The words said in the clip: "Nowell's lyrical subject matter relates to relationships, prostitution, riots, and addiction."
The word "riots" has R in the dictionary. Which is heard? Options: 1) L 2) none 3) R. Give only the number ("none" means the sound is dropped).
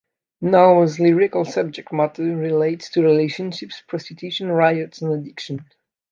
3